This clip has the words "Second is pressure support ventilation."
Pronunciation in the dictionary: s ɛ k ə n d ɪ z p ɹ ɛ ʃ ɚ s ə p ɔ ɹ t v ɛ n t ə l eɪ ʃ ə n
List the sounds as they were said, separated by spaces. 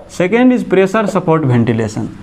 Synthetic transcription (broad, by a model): s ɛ k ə n d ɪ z p ɹ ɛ s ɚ s ə p ɔ ɹ t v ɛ n t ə l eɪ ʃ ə n